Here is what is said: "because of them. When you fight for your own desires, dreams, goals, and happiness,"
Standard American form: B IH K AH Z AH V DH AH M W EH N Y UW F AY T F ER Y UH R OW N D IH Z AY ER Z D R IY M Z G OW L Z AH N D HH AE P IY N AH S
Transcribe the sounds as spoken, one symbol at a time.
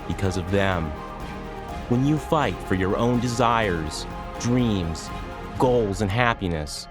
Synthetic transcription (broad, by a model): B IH K AH Z AH V DH AH M W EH N Y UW F AY T F ER Y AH R OW N D IH Z AY ER Z D R IY M Z G OW L Z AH N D HH AE P IY N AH S